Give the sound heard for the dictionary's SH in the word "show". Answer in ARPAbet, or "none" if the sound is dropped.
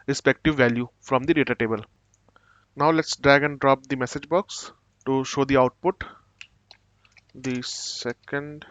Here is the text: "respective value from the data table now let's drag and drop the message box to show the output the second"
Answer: SH